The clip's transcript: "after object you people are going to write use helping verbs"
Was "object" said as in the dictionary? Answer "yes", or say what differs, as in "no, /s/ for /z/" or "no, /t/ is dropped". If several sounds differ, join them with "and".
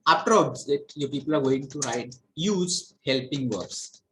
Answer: no, /z/ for /dʒ/ and /k/ is dropped